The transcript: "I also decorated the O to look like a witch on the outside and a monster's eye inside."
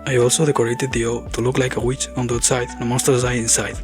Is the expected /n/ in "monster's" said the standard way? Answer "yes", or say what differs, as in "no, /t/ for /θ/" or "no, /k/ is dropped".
no, /n/ is dropped